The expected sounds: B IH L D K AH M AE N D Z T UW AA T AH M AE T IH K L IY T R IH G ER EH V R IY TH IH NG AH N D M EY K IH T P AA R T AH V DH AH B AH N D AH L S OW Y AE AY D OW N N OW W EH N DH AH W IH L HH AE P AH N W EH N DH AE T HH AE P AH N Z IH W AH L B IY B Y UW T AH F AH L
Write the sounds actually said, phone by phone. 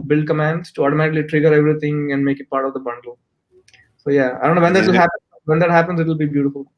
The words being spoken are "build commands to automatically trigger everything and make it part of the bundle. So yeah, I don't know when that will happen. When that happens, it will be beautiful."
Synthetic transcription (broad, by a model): B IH L D K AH M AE N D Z T UW AA T AH M AE T IH K L IY T R IH G ER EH V R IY T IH NG AH N D M EY K IH T P AA R T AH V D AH B AH N D AH L S OW Y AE AY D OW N N OW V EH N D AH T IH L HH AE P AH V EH N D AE T HH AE P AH N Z IH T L B IY B Y UW T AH F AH L